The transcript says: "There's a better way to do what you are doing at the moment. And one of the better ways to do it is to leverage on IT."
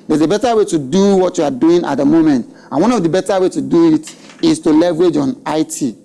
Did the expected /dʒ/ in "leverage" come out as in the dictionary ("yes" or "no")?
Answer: yes